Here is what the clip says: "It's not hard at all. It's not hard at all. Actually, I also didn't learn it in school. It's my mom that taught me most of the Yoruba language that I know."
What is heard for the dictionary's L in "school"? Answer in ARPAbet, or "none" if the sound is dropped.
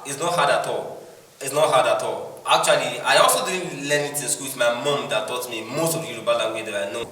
W